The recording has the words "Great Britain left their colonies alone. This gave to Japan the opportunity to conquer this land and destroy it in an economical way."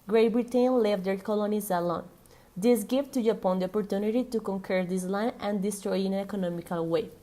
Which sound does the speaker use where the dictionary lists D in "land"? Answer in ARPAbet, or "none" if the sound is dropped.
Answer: none